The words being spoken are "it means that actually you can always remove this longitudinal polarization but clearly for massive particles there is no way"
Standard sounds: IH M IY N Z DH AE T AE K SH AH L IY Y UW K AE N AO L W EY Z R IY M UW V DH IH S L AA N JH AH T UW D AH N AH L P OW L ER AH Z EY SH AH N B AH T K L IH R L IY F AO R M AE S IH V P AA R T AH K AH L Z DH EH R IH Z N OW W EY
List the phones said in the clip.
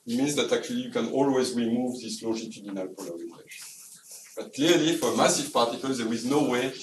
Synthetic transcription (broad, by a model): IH M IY N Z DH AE T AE K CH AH L IY Y UW K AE N AO L W EY Z R IY M UW V DH IH S L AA JH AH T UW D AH N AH L P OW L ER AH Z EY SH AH N B AH T K L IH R L IY F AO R M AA S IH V P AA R T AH K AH L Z DH EH R IH Z N OW W EY